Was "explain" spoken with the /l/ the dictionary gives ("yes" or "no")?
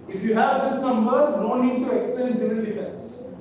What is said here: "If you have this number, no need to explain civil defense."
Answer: no